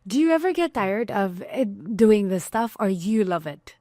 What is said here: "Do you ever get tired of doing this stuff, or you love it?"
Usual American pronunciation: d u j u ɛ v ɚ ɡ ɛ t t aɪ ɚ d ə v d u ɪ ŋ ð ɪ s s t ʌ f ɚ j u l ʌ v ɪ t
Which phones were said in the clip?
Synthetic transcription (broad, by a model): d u j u ɛ v ɚ ɡ ɛ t t aɪ ɚ d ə v d u ɪ ŋ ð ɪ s s t ʌ f ɚ j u l ʌ v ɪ t